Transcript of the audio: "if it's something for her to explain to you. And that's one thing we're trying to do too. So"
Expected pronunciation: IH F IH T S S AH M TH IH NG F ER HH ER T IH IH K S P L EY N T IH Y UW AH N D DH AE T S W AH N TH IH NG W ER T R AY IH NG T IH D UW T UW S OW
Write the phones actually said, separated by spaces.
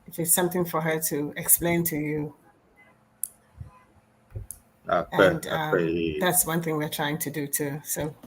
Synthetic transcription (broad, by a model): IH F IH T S S AH M TH IH NG F ER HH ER T IH IH K S P L EY N T IH Y UW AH N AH DH AE T S W AH N TH IH NG W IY T R AY IH NG T IH D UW T UW S OW